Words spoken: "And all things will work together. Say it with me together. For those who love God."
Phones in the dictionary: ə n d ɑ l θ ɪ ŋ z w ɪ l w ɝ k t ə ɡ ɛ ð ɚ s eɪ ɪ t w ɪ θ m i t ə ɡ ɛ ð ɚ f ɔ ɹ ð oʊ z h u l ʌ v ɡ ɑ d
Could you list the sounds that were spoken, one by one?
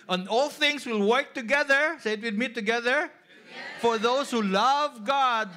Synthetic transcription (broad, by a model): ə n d ɑ l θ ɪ ŋ s w ɪ l w ɝ k t ə ɡ ɛ ð ɚ s eɪ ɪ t w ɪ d m i t ə ɡ ɛ ð ɚ f ɔ ɹ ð oʊ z h u l ʌ v ɡ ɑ d